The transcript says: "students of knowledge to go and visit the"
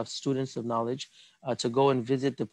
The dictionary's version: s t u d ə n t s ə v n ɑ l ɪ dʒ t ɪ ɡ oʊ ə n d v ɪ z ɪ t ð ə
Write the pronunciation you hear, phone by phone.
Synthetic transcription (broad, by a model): s t u d n t s ə v n ɑ l ɪ dʒ t ɪ ɡ oʊ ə n v ɪ z ɪ t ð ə